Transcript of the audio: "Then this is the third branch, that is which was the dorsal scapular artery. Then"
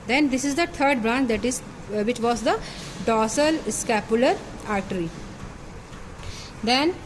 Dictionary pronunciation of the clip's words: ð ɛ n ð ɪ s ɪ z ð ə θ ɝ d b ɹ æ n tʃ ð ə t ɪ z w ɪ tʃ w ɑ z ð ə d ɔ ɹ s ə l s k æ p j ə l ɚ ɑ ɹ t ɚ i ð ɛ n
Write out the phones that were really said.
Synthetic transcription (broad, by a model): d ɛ n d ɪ s ɪ z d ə t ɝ d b ɹ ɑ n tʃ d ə t ɪ z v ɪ tʃ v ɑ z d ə d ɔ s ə l s k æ p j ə l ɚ ɑ ɹ t ɚ i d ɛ n